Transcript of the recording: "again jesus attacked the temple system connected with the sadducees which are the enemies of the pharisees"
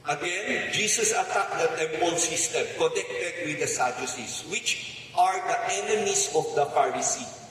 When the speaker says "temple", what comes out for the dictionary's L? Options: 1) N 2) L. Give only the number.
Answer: 1